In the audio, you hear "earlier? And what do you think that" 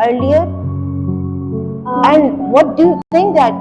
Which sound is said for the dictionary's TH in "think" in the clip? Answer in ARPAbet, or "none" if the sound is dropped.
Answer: S